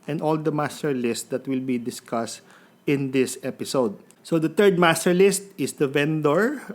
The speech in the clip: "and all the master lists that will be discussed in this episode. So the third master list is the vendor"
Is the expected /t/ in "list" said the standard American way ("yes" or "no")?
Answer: yes